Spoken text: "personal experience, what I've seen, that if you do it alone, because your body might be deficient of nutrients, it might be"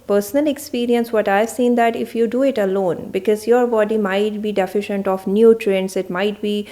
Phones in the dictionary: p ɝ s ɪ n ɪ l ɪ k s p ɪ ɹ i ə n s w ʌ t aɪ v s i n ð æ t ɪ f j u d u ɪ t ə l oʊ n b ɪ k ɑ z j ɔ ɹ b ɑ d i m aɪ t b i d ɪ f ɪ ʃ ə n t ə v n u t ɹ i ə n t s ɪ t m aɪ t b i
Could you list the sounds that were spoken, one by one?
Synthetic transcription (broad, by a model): p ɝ s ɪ n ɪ l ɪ k s p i ɹ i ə n s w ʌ t aɪ v s i n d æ t ɪ f j u d u ɪ t ə l oʊ n b ɪ k ɑ z j ɔ ɹ b ɑ d i m aɪ t b i d ɪ f ɪ ʃ ə n t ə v n u t ɹ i n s ɪ t m aɪ t b i